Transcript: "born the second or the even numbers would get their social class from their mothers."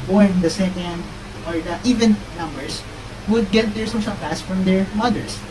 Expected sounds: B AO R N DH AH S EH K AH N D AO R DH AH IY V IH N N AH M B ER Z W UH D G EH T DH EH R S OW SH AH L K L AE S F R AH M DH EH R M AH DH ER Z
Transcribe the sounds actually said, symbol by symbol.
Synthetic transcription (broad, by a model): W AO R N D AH S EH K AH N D AO R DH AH IY V IH N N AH M B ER S W UH D G EH T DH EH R S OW S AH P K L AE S F R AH M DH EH R M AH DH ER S